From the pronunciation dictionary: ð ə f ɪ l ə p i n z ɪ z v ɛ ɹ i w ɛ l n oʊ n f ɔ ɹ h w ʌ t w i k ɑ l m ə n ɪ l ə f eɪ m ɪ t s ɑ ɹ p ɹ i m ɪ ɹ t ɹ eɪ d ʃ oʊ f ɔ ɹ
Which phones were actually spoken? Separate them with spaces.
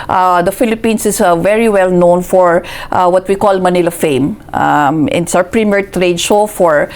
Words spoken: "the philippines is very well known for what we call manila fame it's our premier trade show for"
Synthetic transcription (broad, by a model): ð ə f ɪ l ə p i n s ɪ s v ɛ ɹ i w ɛ l n oʊ n f ɔ ɹ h w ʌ t w i k ɑ l m ə n ɪ l ə f eɪ m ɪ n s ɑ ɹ p ɹ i m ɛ ɹ t ɹ eɪ d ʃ oʊ f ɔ ɹ